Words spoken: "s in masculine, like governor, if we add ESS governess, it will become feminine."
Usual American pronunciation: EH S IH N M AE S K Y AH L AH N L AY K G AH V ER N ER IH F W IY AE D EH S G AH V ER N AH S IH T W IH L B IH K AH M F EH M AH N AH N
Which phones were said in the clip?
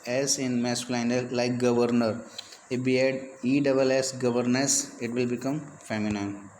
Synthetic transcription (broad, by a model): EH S IH N M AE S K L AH N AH L L AY K G AH V ER N ER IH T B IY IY D EH S G AH V ER N AH S IH T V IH L B IH K AH M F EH M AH N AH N